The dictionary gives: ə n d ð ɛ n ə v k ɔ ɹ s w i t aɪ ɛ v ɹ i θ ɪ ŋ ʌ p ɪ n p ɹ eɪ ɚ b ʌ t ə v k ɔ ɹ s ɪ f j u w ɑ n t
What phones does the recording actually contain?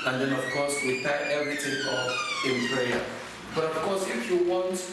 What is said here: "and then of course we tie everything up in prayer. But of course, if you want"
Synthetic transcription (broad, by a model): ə n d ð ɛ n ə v k ɔ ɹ s w i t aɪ ɛ v ɹ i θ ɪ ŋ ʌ f ɪ n p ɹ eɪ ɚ b ʌ t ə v k ɔ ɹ s ɪ f j u w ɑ n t